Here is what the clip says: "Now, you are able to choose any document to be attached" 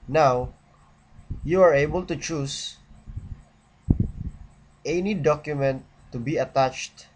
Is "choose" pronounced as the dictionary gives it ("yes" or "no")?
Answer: no